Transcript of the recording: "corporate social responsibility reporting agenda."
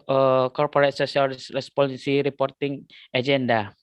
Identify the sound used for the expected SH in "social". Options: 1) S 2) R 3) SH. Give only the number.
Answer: 1